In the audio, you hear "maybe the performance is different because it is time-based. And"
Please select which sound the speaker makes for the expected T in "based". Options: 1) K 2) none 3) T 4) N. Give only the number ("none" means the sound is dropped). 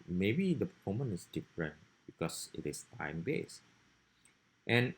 3